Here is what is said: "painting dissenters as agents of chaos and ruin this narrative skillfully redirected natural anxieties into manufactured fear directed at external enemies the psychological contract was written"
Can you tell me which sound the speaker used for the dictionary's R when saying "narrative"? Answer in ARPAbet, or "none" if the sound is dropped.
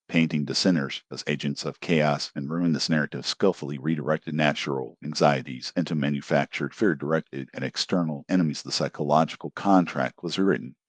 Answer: R